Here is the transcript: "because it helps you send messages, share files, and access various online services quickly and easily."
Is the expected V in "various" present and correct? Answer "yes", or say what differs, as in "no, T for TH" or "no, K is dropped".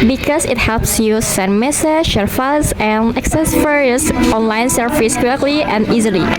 no, F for V